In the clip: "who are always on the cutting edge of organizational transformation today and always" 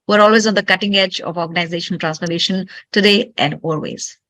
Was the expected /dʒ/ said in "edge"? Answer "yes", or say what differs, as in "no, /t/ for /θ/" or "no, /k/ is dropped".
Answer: yes